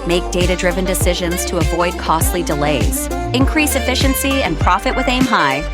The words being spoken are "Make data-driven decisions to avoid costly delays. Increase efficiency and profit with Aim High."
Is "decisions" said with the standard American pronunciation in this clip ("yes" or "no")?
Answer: yes